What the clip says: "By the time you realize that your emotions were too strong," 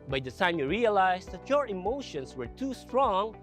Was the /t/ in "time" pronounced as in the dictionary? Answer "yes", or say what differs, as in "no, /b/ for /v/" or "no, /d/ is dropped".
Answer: no, /s/ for /t/